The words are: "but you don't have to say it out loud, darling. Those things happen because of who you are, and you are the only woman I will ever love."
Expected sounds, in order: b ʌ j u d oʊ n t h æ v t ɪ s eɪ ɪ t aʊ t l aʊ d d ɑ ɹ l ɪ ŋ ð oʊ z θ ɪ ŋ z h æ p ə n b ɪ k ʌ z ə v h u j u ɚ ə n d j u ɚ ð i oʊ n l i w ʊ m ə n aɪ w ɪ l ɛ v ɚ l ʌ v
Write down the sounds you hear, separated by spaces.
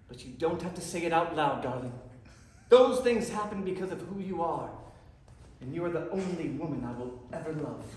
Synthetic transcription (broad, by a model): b ʌ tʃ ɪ d oʊ n t h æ f t ɪ s eɪ ɪ t aʊ t l aʊ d d ɑ ɹ l ɪ ŋ ð oʊ z θ ɪ ŋ z h æ p ə n b ɪ k ʌ z ə v h u j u ɚ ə n j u ɚ ð i oʊ n l i w ʊ m ə n aɪ w ɪ l ɛ v ɚ l ʌ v